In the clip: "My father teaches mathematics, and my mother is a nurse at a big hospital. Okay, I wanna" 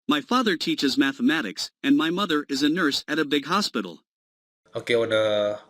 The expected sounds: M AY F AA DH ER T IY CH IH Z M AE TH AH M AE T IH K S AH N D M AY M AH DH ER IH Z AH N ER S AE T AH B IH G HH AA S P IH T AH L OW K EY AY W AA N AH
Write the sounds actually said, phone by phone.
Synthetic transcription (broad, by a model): M AY F AA DH ER T IY CH IH Z M AE TH AH M AE T IH K S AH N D M AY M AH DH ER IH Z AH N ER S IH T AH B IH G HH AA S P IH T L OW K EY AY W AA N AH